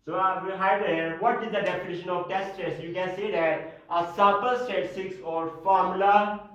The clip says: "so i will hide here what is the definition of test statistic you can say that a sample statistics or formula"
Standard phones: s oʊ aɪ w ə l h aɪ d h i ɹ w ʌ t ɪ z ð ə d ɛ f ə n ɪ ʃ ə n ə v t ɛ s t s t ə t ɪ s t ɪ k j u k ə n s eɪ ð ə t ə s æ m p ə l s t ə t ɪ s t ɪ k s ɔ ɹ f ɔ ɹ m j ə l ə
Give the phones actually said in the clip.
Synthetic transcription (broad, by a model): s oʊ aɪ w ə h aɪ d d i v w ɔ t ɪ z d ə d ɛ f ə n ɪ ʃ ə n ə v t ɛ s t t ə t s j u k ə n s eɪ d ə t ə s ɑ p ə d s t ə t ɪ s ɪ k s ɔ ɹ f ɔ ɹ m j l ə